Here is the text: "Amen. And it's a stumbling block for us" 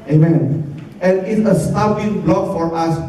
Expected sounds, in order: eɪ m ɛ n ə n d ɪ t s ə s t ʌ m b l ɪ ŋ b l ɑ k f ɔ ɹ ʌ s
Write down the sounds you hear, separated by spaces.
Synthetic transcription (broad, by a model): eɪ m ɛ n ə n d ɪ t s ə s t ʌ b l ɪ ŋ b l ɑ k f ɔ ɹ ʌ s